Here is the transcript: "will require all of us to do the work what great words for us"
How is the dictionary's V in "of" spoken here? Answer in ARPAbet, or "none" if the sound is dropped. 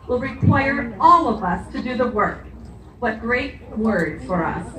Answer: V